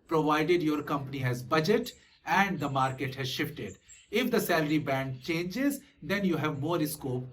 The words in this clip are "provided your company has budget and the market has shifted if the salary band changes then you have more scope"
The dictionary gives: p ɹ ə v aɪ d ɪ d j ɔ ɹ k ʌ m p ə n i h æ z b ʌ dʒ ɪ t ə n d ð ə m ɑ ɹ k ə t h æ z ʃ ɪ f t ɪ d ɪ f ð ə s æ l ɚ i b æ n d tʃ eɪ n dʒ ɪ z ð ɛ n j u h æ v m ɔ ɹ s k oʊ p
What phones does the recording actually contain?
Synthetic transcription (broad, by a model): p ɹ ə v aɪ d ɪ d j ɔ ɹ k ʌ m p ə n i h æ z b ʌ dʒ ɪ t ə n d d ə m ɑ ɹ k ə t h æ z ʃ ɪ f t ɪ d ɪ f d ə s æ l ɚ i b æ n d tʃ eɪ n dʒ ɪ z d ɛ n j u h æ v m ɔ ɹ s k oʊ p